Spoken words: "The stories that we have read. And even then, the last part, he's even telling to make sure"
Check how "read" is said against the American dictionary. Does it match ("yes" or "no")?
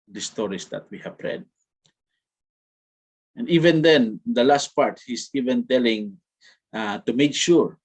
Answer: yes